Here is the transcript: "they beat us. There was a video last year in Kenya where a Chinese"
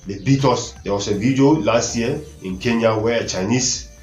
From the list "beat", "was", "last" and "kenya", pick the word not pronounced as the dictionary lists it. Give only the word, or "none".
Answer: was